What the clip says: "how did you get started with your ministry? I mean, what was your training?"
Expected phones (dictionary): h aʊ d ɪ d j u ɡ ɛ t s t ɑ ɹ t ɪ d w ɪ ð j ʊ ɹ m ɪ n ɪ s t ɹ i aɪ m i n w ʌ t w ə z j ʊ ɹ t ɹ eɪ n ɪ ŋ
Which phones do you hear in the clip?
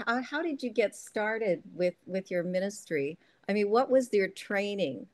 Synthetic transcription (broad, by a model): h aʊ d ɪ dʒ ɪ ɡ ɛ t s t ɑ ɹ t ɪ d w ɪ ð j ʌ ɹ m ɪ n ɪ s t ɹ i aɪ m i n w ʌ t w ə z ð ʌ ɹ t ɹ eɪ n ɪ ŋ